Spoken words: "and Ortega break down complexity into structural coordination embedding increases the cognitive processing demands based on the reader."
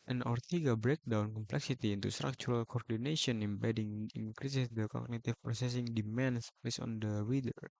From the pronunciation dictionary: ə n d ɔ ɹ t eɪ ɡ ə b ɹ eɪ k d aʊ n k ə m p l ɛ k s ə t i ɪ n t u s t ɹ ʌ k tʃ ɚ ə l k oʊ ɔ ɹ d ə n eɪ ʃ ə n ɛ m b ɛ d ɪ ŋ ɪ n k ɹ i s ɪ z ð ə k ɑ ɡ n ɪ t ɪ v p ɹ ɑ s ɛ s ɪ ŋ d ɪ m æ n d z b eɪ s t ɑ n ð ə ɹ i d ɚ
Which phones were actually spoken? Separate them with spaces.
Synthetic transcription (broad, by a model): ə n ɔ ɹ t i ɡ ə b ɹ eɪ k d aʊ n k ə m p l ɛ k s ə t i n t u s t ɹ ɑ k tʃ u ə l k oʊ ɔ ɹ d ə n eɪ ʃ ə n ɛ m b ɛ d ɪ ŋ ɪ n k ɹ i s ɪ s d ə k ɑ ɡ n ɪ t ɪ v p ɹ ɑ s ɛ s ɪ ŋ d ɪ m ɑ n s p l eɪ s ɑ n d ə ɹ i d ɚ